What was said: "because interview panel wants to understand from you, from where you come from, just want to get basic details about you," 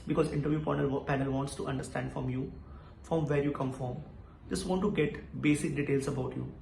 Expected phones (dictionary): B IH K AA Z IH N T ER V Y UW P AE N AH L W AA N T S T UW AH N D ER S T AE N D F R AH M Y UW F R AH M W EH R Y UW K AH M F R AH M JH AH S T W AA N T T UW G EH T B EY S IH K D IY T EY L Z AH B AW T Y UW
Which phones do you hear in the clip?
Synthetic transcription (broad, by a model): B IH K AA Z IH N T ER V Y UW P AE N AH L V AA N T S T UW AH N D ER S T AE N D F R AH M Y UW F R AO M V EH R Y UW K AH M F R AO M JH AH S T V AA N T T UW G EH T B EY S IH K D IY T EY L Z AH B AW T Y UW